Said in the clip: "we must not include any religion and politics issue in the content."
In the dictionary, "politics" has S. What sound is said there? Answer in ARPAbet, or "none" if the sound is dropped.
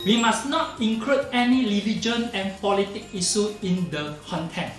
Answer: none